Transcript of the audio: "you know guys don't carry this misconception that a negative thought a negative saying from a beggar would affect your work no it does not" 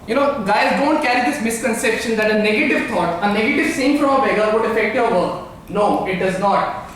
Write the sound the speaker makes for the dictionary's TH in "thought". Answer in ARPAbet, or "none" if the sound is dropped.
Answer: T